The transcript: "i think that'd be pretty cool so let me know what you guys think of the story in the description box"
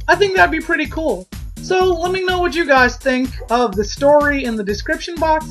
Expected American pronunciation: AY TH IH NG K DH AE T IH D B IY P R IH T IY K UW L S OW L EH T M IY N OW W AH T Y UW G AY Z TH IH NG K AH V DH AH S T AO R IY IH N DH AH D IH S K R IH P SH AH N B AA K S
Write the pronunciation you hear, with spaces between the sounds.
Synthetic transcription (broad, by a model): AY TH IH NG K DH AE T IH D B IY P R IH T IY K UW L S OW L EH T M IY N OW W AH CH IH G AY Z TH IH NG K AH V DH AH S T AO R IY IH N DH AH D IH S K R IH P SH AH N B AA K S